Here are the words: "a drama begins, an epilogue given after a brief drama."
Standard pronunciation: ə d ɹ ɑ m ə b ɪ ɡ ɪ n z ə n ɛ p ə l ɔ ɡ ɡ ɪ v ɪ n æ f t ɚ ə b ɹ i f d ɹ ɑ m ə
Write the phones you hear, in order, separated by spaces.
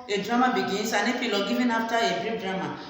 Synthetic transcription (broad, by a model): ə d ɹ ɑ m ə b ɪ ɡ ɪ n s ə n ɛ f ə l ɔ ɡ ɡ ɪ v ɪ n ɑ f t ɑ ə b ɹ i p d ɹ ɑ m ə